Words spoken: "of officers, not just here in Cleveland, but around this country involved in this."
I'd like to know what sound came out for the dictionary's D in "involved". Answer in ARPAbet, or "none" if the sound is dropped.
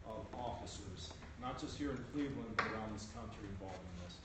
none